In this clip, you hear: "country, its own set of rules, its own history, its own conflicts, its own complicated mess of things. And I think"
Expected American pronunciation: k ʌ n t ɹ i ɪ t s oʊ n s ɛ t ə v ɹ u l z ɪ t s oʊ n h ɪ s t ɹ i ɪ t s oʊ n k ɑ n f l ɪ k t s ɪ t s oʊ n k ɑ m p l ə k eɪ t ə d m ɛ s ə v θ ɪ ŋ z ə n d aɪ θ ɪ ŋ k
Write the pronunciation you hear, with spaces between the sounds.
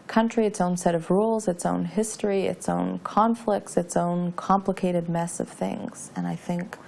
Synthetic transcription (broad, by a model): k ʌ n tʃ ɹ i ɪ t s oʊ n s ɛ t ə v ɹ u l z ɪ t s oʊ n h ɪ s t ɹ i ɪ t s oʊ n k ɑ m f l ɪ k t s ɪ t s oʊ n k ɑ m p l ə k eɪ t ə d m ɛ s ə v θ ɪ ŋ z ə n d aɪ θ ɪ ŋ k